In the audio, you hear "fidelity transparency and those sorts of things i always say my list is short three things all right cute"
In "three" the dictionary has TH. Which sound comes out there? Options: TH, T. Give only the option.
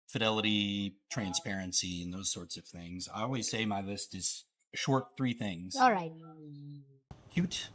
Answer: TH